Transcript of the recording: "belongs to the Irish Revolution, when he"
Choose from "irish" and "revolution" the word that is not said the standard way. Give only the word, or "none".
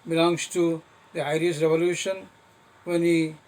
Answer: irish